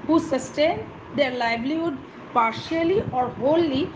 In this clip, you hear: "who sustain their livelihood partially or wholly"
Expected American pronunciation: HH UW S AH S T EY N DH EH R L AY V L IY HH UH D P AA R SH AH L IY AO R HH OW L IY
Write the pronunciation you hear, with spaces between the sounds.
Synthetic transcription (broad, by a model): HH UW S AH S T EY N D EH R L AY B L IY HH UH D P AA R SH AH L IY AO R HH OW L IY